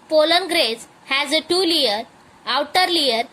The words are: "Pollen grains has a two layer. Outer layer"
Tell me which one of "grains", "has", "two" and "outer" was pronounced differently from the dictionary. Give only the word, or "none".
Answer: grains